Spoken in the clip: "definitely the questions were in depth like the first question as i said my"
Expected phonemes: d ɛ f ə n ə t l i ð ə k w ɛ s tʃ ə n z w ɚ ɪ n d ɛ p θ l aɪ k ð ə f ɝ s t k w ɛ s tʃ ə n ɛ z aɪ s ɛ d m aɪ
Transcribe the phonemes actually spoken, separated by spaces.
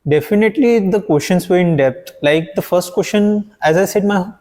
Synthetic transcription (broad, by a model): d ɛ f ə n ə t l i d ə k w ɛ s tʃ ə n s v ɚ ɪ n d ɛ p t l aɪ k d ə f ɝ s t k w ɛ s ʃ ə n ɛ z aɪ s ɛ d m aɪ